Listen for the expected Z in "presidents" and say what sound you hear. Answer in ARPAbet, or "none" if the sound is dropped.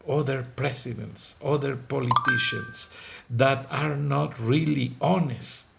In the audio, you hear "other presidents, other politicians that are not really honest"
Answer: S